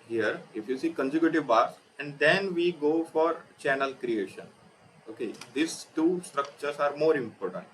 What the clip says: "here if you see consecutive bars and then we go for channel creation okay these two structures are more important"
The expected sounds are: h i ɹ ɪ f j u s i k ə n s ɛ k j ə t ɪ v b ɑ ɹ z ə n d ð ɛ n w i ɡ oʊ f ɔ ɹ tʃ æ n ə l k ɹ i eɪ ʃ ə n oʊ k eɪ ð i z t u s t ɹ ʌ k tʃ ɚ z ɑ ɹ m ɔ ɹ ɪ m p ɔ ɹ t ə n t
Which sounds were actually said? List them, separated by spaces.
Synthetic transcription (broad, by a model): h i ɹ ɪ f j u s i k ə n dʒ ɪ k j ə t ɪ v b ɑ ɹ s ə n d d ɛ n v i ɡ oʊ f ɔ ɹ tʃ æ n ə l k ɹ i eɪ ʃ ə n oʊ k eɪ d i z t u s t ɹ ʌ k tʃ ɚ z ɑ ɹ m ɔ ɹ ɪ m p ɔ ɹ t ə n t